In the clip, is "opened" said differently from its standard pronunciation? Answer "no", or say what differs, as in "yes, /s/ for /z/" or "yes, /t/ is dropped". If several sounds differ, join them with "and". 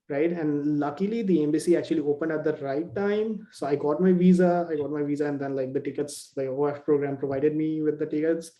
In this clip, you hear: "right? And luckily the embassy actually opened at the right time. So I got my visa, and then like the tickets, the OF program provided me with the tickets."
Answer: no